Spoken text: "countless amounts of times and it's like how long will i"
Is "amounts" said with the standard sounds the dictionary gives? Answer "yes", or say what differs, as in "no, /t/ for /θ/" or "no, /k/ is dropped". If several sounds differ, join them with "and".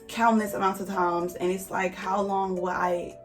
no, /s/ is dropped